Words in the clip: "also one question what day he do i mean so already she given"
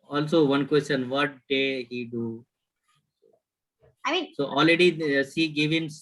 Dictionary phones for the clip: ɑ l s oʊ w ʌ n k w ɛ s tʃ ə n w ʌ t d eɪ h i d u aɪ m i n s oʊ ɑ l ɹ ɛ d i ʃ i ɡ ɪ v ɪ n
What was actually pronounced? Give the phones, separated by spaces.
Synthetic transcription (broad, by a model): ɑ l s oʊ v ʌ n k w ɛ s tʃ ə n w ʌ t d eɪ h i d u aɪ m i n s oʊ ɑ l ɹ ɛ d i s i ɡ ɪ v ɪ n